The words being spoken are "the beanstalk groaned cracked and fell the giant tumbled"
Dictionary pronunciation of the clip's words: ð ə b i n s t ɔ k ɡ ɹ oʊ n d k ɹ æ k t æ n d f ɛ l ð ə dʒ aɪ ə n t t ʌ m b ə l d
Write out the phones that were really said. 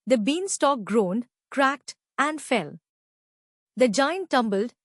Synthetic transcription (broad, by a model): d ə b i n s t ɔ k ɡ ɹ oʊ n d k ɹ æ k t æ n d f ɛ l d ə dʒ aɪ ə n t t ʌ m b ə l d